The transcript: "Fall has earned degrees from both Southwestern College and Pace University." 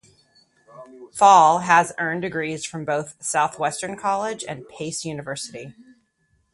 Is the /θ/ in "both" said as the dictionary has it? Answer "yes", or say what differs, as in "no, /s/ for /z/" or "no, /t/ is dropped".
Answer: yes